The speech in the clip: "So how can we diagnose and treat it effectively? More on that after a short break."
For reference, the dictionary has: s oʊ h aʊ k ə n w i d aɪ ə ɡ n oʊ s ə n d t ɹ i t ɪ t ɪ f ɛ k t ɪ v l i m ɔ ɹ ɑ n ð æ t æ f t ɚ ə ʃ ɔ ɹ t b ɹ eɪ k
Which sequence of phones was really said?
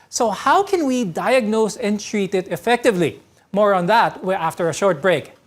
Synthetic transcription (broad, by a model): s oʊ h aʊ k ə n w i d aɪ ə ɡ n oʊ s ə n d t ɹ i t ɪ t ɪ f ɛ k t ɪ v l i m ɔ ɹ ɑ n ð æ t æ f t ɚ ə ʃ ɔ ɹ t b ɹ eɪ k